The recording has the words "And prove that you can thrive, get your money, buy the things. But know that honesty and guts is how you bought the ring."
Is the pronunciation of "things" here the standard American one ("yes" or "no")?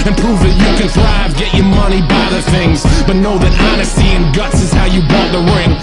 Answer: yes